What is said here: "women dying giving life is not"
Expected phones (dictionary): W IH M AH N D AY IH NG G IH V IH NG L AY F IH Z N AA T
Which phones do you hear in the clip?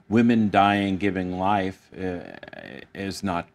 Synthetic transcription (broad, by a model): W IH M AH N D AY IH NG G IH V IH NG L AY F IH Z N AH T